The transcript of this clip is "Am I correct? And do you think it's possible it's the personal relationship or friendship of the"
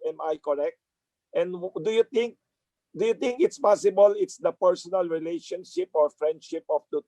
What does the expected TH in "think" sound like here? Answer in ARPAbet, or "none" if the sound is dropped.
T